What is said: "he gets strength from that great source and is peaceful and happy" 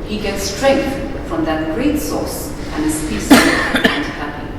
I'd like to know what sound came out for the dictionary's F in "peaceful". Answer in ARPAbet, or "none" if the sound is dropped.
none